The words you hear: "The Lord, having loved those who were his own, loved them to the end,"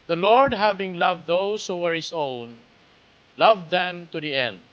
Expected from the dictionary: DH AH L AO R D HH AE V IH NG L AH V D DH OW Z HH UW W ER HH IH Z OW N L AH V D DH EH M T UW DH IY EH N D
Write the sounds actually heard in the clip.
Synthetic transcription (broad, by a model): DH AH L AO R D HH AE V IH NG L AH V D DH OW S HH UW W ER HH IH S OW N L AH V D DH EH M T UW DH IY EH N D